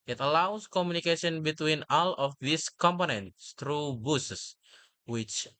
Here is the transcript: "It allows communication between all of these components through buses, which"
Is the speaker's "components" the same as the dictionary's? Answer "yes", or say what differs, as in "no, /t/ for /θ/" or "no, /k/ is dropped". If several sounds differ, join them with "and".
yes